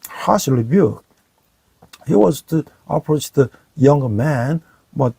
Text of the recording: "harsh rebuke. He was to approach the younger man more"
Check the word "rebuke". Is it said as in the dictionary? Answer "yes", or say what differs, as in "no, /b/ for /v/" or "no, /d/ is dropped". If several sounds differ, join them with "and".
no, /l/ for /ɹ/